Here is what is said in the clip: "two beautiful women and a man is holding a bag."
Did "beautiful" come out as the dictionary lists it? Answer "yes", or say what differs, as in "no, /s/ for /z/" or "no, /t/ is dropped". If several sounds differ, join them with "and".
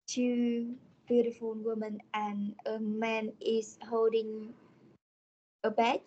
no, /n/ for /l/